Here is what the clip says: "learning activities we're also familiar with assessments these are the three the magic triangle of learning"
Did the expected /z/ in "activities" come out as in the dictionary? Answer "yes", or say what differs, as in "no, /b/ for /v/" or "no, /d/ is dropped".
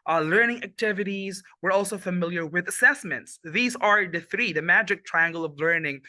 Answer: yes